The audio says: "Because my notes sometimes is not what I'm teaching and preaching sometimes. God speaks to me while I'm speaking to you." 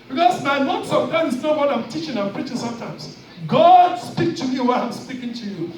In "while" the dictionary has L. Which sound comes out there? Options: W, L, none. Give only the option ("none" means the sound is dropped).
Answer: W